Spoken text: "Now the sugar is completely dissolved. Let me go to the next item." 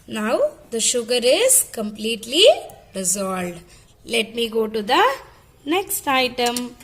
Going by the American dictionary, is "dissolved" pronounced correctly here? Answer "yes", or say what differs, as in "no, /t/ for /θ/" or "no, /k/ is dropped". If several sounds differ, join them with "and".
no, /v/ is dropped